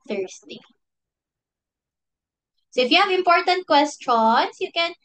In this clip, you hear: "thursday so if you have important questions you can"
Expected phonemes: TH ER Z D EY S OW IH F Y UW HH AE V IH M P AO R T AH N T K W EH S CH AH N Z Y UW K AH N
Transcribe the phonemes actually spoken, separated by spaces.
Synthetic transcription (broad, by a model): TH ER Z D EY S OW IH F Y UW HH AE V IH M P AO R T AH N T K W EH S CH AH N S Y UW K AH N